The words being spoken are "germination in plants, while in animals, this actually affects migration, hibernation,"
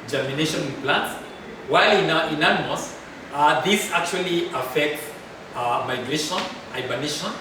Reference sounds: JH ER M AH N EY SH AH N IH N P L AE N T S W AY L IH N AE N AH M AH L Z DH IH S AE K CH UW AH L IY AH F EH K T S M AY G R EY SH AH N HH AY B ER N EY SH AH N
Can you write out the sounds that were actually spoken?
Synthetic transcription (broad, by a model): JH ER M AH N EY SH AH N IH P L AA N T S W AY L IH N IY N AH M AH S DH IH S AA K CH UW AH L IY AH F EH K T S M AY G R EY SH AH N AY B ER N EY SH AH N